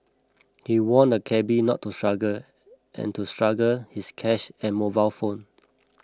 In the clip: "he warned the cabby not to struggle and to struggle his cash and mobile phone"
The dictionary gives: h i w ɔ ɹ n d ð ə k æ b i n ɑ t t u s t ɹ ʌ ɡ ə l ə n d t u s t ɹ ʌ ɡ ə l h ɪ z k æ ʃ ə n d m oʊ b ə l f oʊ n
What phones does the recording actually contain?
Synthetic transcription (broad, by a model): h i w ɔ n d ə k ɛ b i n ɑ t t u s t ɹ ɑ ɡ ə l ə n t u s t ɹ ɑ ɡ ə l h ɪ s k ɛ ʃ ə n m oʊ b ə l f oʊ n